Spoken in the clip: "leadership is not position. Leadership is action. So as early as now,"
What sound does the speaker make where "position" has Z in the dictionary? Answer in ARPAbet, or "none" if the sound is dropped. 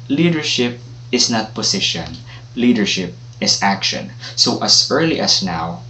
S